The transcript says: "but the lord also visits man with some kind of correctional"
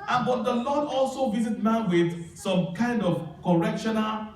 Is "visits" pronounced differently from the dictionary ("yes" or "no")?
yes